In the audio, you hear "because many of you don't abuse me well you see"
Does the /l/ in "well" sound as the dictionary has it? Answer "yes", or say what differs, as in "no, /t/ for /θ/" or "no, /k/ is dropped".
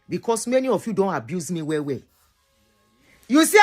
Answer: no, /w/ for /l/